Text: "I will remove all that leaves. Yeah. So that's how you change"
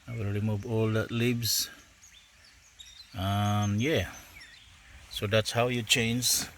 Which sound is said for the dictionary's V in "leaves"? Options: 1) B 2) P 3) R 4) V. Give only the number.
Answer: 1